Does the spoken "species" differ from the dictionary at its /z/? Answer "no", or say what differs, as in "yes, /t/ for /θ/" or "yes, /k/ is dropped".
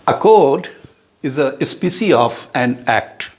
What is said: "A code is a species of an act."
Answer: yes, /z/ is dropped